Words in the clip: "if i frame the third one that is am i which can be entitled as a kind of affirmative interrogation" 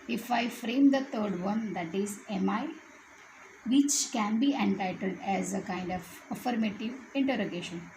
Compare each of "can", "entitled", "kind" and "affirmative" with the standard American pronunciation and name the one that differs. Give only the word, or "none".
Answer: none